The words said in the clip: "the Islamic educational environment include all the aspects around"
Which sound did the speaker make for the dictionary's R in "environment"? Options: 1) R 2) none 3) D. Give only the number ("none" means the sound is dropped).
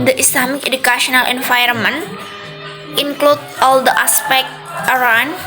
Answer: 2